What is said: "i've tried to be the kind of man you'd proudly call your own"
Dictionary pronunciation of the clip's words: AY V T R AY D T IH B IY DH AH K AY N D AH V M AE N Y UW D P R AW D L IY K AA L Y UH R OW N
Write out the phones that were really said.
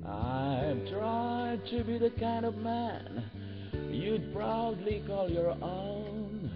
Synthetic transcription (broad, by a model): AY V T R AY D T IH B IY DH AH K AY N D AH V M AE N Y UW D P R AW D L IY K AA L Y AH R OW N